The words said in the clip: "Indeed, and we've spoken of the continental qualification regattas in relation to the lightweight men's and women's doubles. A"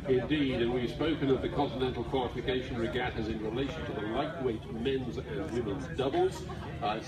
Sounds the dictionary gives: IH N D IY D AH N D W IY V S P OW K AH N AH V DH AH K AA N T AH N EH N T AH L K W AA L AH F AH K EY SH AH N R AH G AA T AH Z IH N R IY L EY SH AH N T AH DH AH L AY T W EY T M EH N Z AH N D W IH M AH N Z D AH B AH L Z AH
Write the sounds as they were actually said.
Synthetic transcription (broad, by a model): IH N D IY D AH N W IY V S P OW K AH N AH V DH AH K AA N T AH N EH N T L K W AA L AH F AH K EY SH AH N R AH G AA T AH Z IH N R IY L EY SH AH N T AH DH AH L AY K W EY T M EH N Z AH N W IH M AH N Z D AH B AH L Z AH